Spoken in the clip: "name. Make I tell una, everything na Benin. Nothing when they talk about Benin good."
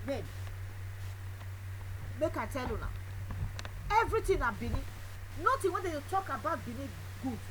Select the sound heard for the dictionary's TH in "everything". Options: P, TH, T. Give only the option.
T